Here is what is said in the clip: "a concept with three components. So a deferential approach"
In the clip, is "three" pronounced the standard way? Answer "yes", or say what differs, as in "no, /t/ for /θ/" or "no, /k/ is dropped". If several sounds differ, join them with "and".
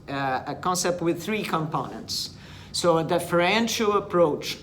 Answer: yes